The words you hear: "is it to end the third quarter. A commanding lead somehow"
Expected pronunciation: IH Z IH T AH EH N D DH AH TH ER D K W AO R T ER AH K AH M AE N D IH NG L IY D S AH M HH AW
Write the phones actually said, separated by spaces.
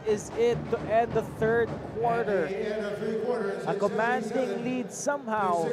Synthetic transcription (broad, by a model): IH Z IH T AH EH N D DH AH TH ER D K W AO R T ER AH K AH M AE N D IH NG L IY D S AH M HH AW